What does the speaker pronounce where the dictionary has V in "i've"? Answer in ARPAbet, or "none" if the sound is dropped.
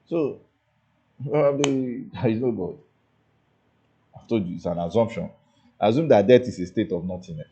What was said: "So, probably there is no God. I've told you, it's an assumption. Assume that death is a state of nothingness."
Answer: F